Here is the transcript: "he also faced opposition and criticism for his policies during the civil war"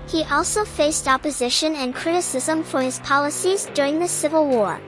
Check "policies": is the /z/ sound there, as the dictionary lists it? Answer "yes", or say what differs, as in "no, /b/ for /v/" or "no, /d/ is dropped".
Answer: yes